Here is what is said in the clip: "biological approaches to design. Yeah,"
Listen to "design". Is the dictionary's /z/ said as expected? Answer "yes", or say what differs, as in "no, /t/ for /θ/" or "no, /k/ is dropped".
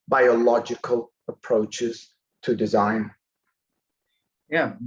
yes